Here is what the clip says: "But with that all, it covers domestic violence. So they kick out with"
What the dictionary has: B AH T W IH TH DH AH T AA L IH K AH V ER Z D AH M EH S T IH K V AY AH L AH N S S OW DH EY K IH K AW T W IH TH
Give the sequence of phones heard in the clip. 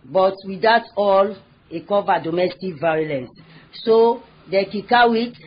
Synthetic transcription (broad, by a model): B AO T W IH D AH T AA L IH K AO V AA D AH M EH S T IH K V AY AH L AH N S S OW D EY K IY K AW W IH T